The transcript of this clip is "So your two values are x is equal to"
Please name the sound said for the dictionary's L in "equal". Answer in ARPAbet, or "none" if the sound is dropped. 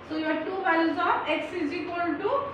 N